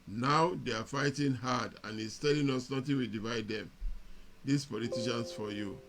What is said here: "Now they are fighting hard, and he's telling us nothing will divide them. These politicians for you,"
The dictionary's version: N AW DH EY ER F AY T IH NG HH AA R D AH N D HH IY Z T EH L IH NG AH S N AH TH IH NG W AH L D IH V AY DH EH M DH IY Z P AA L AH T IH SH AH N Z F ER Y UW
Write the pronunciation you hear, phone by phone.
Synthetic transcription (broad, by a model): N AW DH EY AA F AY T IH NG HH AA D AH N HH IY S T EH L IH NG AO S N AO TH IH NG W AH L D IH V AY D EH M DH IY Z P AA L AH T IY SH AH N S F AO Y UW